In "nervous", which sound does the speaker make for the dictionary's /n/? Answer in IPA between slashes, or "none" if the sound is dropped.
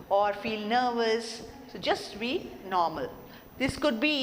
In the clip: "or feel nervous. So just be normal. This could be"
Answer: /n/